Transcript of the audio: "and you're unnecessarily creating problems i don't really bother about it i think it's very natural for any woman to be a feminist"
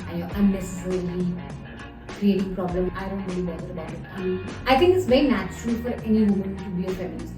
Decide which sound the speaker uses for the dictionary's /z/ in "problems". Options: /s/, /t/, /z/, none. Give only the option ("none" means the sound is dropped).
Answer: none